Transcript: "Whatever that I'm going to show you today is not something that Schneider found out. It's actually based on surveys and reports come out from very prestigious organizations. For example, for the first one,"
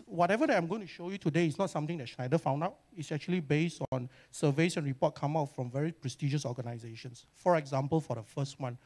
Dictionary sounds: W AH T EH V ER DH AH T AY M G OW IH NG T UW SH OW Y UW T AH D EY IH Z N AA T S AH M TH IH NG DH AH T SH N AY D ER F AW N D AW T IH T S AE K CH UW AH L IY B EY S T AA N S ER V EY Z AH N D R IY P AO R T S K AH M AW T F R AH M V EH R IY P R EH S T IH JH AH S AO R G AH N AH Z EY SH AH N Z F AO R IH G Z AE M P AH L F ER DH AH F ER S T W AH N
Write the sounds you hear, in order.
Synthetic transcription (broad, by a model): W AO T EH V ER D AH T AY M G OW IH NG T UW SH OW Y UW T AH D EY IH S N AA T S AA M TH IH NG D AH T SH N AY D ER F AW N D AW T IH T S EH K CH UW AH L IY B EY S T AA N S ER V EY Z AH N R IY P AO T K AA M AW T F R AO M V EH R IY P R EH S T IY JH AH S AO G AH N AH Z EY SH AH N S F AO R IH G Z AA M P AH L F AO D AH F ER S T W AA N